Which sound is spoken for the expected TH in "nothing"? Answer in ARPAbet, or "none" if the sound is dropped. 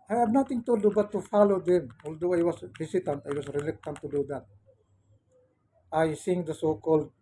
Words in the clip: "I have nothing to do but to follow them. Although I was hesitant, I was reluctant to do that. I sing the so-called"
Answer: T